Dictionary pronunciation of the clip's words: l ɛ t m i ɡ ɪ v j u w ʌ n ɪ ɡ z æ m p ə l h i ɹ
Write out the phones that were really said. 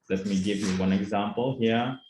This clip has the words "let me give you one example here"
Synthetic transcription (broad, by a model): l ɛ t m i ɡ ɪ v j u w ʌ n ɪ ɡ z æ m p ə l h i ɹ